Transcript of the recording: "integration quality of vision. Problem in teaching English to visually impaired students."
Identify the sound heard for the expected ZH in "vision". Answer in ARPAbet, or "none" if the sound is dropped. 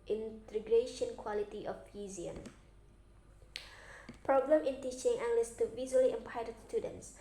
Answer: Z